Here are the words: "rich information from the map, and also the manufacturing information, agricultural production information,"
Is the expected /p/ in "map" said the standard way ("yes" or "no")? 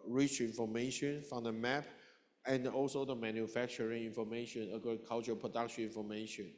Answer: yes